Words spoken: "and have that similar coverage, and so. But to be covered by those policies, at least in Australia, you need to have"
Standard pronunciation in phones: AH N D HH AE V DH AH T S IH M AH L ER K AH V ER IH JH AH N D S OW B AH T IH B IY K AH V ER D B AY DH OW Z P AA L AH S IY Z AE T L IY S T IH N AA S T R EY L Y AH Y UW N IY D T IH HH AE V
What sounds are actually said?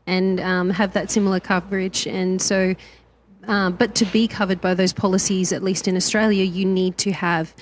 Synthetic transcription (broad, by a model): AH N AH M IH V DH AH T S IH M L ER K AH V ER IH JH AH N S OW B AH T IH B IY K AH V ER D B AY DH OW Z P AA L AH S IY Z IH T L IY S T IH N AA S T R EY L Y AH Y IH N IY D T IH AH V